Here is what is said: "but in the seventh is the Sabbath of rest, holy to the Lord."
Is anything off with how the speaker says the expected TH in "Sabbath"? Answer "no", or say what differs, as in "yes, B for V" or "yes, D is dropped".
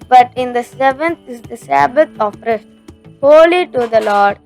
yes, T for TH